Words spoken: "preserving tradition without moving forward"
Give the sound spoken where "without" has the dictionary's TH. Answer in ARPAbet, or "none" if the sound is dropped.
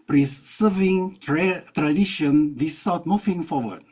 S